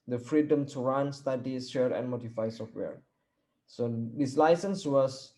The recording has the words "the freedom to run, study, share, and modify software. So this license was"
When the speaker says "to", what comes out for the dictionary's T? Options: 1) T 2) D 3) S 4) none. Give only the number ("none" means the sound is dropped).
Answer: 1